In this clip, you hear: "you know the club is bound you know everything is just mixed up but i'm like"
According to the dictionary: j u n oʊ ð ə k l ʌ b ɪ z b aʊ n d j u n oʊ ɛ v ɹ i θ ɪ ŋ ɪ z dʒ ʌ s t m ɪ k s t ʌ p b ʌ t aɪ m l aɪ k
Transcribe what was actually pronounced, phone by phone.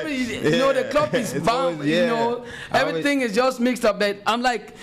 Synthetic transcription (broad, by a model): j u n oʊ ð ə k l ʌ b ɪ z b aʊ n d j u n oʊ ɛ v ɹ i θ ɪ ŋ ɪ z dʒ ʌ s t m ɪ k s t ʌ p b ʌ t aɪ m l aɪ k